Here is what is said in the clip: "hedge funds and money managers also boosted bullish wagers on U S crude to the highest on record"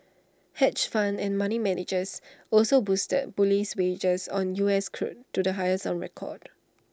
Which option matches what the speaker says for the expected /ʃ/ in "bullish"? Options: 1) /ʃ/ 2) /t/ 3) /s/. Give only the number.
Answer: 3